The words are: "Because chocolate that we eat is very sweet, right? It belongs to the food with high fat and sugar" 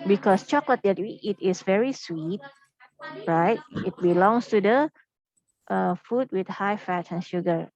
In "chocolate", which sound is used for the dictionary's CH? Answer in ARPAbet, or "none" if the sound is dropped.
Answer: CH